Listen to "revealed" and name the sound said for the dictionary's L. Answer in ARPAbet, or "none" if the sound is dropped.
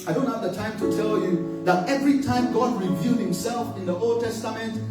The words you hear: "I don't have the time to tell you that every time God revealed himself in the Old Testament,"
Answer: none